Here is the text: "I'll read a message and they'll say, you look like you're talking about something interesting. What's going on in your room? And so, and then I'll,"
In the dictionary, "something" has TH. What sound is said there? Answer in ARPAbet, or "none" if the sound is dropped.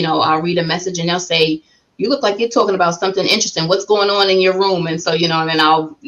TH